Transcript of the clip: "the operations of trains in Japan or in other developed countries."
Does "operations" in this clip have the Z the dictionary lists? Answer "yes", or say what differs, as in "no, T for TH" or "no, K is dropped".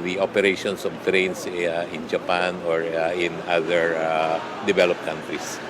no, S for Z